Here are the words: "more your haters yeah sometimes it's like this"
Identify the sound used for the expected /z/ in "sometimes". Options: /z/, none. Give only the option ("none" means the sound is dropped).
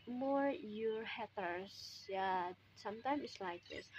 none